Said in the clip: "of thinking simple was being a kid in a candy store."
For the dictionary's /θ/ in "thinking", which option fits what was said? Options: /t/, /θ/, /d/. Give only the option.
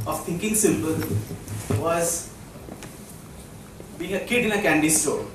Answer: /t/